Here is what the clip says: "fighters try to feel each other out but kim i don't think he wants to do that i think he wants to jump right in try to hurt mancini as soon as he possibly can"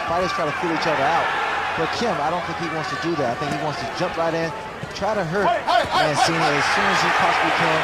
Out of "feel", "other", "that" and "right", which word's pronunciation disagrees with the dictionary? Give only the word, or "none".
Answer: none